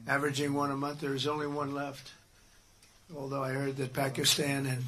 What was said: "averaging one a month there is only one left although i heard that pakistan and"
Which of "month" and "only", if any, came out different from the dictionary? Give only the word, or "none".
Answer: none